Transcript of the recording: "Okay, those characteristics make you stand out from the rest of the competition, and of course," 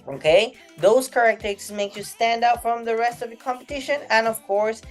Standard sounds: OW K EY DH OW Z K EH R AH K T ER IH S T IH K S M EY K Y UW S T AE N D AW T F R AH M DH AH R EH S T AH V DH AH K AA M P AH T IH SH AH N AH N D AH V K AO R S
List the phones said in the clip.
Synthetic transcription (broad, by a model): OW K EY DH OW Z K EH R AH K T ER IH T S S M EY K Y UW S T AE N D AW T F R AH M DH AH R EH S T AH V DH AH K AA M P AH T IH SH AH N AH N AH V K AO R S